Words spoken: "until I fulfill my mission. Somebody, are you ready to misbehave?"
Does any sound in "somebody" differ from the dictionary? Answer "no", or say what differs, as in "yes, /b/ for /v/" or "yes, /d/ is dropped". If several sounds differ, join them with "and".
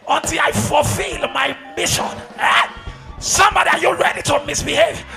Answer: no